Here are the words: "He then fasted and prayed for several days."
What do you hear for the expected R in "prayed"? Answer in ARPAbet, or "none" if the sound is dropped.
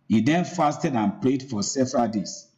L